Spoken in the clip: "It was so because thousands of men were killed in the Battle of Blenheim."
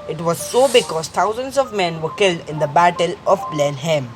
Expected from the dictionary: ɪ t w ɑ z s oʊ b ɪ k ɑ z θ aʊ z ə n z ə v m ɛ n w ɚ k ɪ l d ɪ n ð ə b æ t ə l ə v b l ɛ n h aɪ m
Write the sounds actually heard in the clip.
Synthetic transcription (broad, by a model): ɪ t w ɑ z s oʊ b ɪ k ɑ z t aʊ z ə n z ə v m ɛ n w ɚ k ɪ l d ɪ n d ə b æ t ə l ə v b l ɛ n h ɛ m